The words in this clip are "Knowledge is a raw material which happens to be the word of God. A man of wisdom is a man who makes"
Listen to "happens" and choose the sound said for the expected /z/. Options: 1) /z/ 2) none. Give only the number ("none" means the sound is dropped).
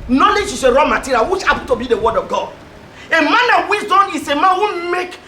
2